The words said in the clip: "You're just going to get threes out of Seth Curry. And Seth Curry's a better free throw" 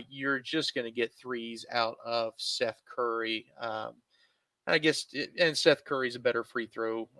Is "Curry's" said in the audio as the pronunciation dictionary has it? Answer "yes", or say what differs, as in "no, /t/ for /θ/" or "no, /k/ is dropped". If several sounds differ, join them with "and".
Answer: yes